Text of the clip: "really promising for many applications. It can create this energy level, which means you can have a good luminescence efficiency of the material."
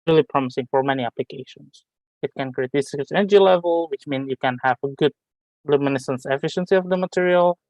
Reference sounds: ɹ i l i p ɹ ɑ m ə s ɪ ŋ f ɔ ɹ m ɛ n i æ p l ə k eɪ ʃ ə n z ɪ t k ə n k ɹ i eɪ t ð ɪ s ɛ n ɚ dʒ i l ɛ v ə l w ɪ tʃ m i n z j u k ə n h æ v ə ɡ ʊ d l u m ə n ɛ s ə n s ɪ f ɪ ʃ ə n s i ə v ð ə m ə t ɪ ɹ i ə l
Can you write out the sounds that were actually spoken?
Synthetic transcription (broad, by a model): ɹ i l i p ɹ ɑ m ə s ɪ ŋ f ɔ ɹ m ɛ n i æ p l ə k eɪ ʃ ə n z ɪ t k ə n k ɹ i eɪ t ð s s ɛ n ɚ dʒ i l ɛ v ə l w ɪ tʃ m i n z j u k ə n h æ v ə ɡ ʊ d l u m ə n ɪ s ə n s ɪ f ɪ ʃ ə n s i ə v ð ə m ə t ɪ ɹ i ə l